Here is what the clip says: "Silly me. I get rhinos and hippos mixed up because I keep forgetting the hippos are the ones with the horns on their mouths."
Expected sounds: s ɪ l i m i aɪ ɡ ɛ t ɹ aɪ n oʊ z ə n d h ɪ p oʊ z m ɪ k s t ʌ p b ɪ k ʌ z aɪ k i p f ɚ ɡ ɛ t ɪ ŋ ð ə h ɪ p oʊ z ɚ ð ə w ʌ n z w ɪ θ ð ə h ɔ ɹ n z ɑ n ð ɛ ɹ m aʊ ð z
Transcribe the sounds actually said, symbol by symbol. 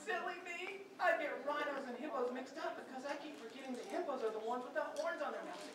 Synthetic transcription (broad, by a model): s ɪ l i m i aɪ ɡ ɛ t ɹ aɪ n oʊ z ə n h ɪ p oʊ z m ɪ k s t ʌ p b ɪ k ʌ z aɪ k i p f ɚ ɡ ɛ t ɪ ŋ ð ə h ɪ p oʊ z ɚ ð ə w ʌ n z w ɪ ð ə h ɔ ɹ n z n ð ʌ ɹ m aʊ